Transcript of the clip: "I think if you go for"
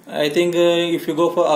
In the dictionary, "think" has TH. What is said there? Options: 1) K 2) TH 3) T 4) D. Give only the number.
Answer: 3